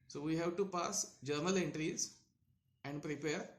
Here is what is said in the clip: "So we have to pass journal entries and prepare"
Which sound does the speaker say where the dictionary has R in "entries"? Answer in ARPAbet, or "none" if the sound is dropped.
R